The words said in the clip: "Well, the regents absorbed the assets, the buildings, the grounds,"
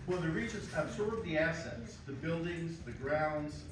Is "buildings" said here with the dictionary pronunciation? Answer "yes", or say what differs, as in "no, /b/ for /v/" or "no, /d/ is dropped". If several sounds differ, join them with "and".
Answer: yes